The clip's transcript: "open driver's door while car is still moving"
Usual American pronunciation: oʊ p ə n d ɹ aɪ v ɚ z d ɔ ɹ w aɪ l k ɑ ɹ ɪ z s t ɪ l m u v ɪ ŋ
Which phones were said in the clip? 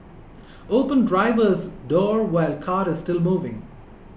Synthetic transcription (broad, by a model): oʊ p ə n d ɹ aɪ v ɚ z d ɔ ɹ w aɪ l k ɑ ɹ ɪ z s t ɪ l m u v ɪ ŋ